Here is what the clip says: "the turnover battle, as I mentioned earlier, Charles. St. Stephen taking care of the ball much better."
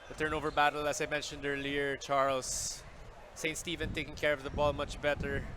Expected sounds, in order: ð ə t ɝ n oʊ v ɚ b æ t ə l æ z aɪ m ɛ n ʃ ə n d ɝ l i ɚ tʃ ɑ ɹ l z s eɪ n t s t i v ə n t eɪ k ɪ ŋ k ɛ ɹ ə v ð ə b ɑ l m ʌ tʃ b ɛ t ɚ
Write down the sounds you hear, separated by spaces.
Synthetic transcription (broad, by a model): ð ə t ɝ n oʊ v ɚ b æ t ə l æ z aɪ m ɛ n ʃ ə n d ɝ l i ɚ tʃ ɑ ɹ l s eɪ n t s t i v ə n t eɪ k ɪ ŋ k ɛ ɹ ə v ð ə b ɑ l m ʌ tʃ b ɛ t ɚ